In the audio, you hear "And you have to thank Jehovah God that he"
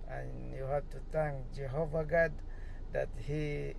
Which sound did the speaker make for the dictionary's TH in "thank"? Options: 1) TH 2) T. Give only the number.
2